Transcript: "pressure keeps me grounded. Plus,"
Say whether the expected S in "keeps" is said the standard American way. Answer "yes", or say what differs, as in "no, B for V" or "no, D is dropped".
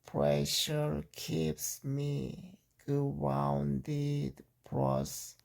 yes